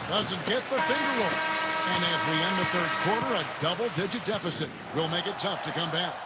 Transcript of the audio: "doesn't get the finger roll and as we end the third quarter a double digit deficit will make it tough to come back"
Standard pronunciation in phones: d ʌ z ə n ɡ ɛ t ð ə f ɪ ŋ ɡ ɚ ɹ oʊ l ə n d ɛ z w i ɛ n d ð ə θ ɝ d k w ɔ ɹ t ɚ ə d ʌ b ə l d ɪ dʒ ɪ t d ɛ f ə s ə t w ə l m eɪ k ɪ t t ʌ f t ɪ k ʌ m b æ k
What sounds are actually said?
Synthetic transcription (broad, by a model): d ʌ z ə n ɡ ɛ t ð ə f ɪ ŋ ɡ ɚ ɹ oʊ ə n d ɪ z w i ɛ n ð ə θ ɝ d k w ɔ ɹ t ɚ ə d ʌ b l d ɪ dʒ ɪ t d ɛ f ə s ə t w ə l m eɪ k ɪ t t ʌ f t ɪ k ʌ m b æ k